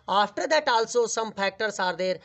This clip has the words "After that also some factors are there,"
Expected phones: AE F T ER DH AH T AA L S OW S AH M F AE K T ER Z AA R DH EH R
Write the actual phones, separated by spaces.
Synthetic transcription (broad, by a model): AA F T ER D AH T AA L S OW S AH M P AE K T ER S AA R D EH R